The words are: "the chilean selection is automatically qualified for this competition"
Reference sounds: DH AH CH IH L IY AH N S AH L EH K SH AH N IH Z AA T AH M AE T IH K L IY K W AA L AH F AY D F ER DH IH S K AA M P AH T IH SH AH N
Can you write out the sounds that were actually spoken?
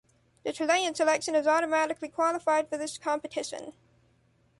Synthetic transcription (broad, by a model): DH AH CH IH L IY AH N S AH L EH K SH AH N IH Z AA T AH M AE T IH K L IY K W AA L AH F AY D F ER DH IH S K AA M P AH T IH SH AH N